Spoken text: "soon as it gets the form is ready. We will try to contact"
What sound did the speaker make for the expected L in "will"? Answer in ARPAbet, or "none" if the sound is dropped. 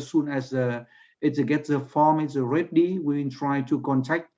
N